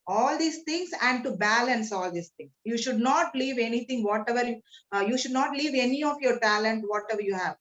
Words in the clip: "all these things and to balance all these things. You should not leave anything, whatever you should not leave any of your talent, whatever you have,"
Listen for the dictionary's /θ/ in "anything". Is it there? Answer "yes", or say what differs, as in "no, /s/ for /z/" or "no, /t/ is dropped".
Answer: no, /t/ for /θ/